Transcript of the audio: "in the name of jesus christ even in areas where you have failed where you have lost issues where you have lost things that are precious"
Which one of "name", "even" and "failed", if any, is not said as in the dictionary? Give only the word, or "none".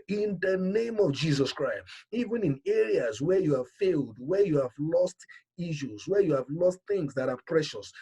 none